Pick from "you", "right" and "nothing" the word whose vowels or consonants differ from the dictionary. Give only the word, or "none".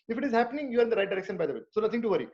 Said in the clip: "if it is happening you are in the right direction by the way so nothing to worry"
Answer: nothing